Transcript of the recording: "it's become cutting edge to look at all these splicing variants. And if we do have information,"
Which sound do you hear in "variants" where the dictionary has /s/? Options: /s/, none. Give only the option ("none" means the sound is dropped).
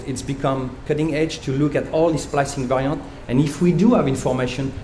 none